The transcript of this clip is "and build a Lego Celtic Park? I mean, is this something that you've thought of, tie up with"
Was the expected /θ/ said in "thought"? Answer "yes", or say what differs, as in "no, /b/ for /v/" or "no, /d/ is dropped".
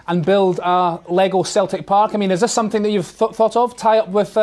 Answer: yes